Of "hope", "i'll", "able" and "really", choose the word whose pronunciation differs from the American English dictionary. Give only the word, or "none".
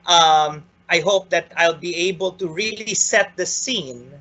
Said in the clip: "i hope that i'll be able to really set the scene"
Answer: none